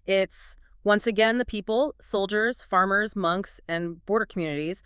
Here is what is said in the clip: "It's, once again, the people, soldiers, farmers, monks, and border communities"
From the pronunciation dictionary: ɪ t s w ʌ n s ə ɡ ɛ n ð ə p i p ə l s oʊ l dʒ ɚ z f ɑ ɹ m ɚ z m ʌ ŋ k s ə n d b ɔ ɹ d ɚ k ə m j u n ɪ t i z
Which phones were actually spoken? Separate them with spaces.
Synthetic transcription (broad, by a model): ɪ t s w ʌ n s ə ɡ ɛ n ð ə p i p l s oʊ l dʒ ɚ z f ɑ ɹ m ɚ z m ʌ ŋ k s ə n b ɔ ɹ d ɚ k m j u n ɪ t i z